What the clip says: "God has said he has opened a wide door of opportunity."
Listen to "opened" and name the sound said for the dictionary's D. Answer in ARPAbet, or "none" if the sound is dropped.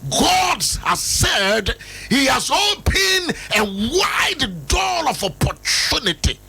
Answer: none